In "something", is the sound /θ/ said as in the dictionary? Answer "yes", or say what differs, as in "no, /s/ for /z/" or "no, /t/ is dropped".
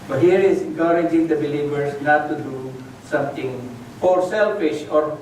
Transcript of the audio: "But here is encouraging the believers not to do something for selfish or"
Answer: no, /t/ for /θ/